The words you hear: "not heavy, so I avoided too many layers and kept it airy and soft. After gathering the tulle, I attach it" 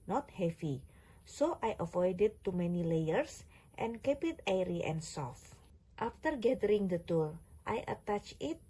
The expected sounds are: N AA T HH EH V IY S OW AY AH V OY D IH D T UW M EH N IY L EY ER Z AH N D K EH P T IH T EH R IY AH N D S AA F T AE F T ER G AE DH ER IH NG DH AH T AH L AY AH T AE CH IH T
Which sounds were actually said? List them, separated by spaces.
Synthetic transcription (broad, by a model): N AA T HH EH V IY S OW AY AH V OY D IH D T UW M EH N IY L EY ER S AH N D K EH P IH T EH R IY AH N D S AA F T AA F T ER G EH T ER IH NG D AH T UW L AY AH T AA CH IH T